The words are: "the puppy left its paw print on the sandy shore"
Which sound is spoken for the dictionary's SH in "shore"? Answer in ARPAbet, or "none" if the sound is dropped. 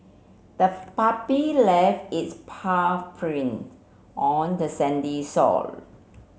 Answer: S